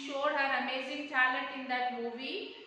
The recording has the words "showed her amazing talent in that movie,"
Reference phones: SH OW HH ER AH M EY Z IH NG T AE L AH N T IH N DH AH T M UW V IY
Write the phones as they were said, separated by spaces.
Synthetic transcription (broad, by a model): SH OW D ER AH M EY Z IH NG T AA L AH T IH N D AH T M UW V IY